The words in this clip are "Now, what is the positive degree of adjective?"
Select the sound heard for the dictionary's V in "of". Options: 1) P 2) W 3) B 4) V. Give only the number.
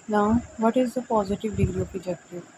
1